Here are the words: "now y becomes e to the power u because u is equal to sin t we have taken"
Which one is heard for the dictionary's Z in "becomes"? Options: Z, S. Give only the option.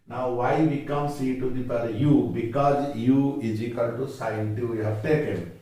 S